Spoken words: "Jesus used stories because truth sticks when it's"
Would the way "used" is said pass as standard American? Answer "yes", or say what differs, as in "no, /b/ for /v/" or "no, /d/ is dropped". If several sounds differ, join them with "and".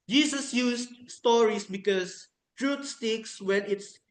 no, /s/ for /z/